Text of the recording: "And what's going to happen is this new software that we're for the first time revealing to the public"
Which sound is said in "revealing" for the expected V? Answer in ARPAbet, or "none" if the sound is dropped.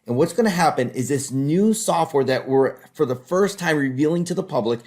V